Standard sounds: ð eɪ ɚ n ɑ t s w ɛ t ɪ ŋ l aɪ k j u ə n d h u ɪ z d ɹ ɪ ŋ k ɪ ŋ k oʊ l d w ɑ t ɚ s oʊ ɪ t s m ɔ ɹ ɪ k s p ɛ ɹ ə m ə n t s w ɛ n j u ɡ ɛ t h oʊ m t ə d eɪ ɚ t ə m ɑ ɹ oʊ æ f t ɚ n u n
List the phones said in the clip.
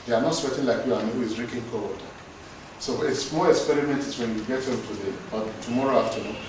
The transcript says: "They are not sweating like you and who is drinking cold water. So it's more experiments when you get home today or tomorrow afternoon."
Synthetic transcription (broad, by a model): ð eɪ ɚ n ɑ t s w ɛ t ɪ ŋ l aɪ k j u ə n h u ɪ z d ɹ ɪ k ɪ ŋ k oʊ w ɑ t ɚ s oʊ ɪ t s m ɔ l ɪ k s p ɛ ɹ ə m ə n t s w ɛ n j u ɡ ɛ t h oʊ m t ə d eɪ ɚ t ə m ɑ ɹ oʊ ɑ f t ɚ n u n